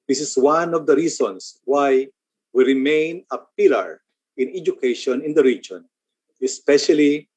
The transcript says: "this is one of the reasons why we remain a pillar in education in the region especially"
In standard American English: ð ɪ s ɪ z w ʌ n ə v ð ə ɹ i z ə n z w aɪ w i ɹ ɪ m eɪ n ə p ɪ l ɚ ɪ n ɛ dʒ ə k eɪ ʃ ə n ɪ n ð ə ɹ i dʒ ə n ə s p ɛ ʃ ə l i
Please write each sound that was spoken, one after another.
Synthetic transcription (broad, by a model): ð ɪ s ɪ s w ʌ n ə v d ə ɹ i s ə n s w aɪ w i ɹ ɪ m eɪ n ə p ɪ l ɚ ɪ n ɛ dʒ ə k eɪ ʃ ə n ɪ n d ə ɹ i dʒ ə n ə s p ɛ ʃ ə l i